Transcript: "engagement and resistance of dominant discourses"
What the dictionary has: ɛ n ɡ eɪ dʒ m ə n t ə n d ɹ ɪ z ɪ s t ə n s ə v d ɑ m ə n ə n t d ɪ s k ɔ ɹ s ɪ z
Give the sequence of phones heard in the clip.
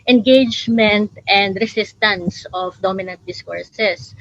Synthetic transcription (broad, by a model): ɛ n ɡ eɪ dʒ m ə n t ə n d ɹ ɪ s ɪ s t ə n s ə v d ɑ m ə n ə n t d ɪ s k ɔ ɹ s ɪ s